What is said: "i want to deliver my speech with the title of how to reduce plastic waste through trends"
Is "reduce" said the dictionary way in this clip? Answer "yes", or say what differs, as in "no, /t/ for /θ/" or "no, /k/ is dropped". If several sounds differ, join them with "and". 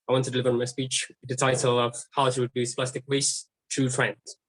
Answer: no, /w/ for /ɹ/